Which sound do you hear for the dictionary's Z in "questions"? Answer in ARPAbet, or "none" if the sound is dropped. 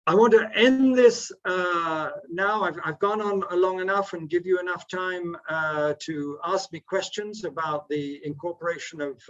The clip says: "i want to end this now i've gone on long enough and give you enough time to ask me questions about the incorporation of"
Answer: Z